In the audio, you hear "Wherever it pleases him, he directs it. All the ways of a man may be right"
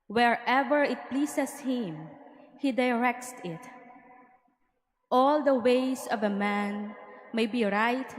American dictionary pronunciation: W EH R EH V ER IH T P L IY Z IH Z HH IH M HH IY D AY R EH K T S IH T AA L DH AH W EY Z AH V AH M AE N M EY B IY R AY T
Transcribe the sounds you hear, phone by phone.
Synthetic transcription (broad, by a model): W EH R EH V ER IH T P L IY S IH S HH IH M HH IY D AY R EH K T S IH T AA L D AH W EY S AH V AH M AE N M EY B IY R AY T